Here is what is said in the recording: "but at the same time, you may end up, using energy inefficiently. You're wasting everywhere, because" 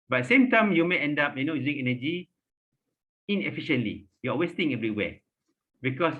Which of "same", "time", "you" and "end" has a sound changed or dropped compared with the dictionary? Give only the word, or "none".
none